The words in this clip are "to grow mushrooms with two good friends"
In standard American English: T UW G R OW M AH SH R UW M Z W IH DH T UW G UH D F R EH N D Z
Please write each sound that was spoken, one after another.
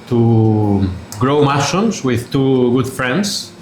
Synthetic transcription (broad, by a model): T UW G R OW M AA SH UW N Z W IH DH T UW G UH D F R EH N D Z